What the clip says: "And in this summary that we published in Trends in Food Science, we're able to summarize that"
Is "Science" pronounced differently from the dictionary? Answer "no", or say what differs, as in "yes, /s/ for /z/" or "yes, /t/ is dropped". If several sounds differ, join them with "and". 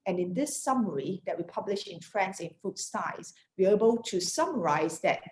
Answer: yes, /n/ is dropped